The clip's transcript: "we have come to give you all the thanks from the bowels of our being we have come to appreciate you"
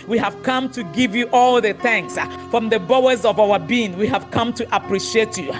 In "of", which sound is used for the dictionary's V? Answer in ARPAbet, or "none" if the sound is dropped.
V